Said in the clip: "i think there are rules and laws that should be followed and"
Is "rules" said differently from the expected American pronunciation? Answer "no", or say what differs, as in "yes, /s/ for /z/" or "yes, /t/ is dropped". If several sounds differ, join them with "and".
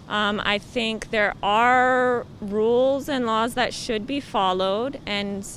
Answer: no